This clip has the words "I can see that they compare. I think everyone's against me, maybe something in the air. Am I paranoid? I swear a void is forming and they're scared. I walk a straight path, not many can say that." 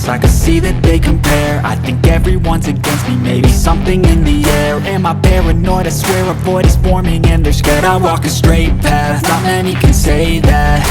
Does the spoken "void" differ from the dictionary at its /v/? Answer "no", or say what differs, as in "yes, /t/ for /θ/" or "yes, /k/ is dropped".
yes, /b/ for /v/